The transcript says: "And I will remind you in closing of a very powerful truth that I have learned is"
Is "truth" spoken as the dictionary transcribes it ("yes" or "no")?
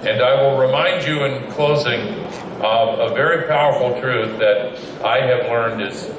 yes